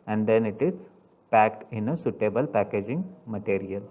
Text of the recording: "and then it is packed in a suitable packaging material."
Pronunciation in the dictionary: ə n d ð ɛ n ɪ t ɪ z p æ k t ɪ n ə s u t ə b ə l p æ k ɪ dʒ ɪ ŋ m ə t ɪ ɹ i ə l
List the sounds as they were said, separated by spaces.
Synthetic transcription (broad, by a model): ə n d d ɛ n ɪ t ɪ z p æ k t ɪ n ə s u t ə b ə l p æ k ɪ dʒ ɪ ŋ m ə t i ɹ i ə l